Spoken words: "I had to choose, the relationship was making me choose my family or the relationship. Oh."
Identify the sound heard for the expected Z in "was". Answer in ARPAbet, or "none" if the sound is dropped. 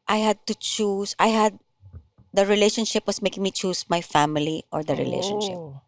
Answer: S